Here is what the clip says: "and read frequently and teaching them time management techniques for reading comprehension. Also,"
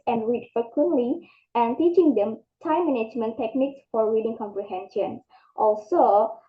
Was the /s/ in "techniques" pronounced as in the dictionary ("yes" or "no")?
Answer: yes